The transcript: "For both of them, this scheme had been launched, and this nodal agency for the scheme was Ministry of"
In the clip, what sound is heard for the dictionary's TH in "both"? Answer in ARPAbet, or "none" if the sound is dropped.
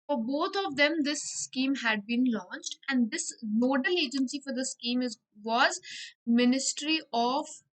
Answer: T